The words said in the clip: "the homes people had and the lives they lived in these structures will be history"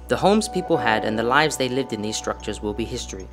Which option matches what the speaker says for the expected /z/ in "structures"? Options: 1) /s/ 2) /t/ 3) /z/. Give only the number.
3